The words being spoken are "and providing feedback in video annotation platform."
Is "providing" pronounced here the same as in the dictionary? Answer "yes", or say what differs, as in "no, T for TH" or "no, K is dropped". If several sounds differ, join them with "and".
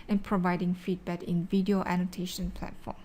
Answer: yes